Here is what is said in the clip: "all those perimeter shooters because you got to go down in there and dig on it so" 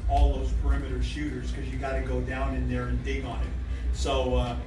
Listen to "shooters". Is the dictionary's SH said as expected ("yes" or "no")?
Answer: yes